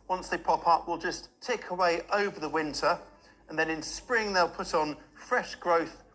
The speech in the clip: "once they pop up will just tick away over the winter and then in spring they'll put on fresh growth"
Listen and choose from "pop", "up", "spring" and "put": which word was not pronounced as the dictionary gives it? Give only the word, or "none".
none